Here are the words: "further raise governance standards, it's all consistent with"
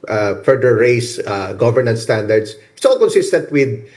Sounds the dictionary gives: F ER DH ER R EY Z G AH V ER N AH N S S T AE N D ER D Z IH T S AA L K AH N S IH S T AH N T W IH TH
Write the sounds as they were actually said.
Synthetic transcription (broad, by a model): F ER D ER R EY S G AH V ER N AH N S S T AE N D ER D S IH T S AA L K AH N S IH S T AH N T W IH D